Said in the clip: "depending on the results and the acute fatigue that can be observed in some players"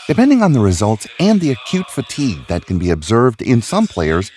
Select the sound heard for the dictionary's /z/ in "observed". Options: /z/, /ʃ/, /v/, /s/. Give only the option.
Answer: /z/